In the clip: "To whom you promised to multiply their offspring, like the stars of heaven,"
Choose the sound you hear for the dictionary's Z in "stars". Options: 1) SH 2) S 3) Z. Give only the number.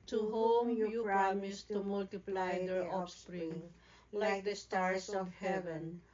2